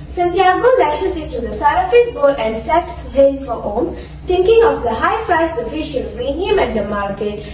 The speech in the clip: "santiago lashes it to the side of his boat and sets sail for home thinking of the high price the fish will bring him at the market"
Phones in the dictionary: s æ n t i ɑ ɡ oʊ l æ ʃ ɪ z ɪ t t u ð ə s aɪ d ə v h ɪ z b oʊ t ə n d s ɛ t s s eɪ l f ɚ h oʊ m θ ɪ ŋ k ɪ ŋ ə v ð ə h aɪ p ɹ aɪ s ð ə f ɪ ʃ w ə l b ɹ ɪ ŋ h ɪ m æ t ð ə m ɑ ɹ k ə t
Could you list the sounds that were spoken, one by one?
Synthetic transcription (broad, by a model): s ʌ n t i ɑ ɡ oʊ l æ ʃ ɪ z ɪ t t u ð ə s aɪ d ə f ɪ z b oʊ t ə n d s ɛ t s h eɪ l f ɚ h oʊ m t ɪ ŋ k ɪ ŋ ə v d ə h aɪ p ɹ aɪ s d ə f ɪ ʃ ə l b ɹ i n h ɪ m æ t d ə m ɑ ɹ k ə t